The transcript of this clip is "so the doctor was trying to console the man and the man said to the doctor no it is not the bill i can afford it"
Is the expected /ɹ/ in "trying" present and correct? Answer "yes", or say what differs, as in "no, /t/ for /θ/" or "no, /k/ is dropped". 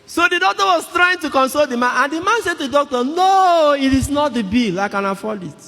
yes